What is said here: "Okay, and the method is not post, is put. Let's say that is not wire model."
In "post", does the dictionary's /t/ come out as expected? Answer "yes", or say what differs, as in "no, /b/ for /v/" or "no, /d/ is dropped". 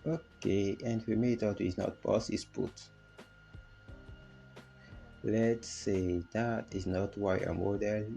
no, /t/ is dropped